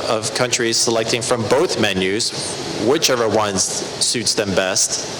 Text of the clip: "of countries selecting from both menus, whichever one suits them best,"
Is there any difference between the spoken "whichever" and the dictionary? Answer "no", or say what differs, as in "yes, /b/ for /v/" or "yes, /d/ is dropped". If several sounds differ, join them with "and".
no